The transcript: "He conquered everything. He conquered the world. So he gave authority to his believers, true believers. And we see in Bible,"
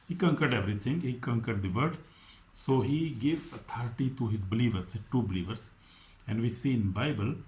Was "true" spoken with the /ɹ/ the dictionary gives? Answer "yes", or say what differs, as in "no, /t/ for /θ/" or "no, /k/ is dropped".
no, /ɹ/ is dropped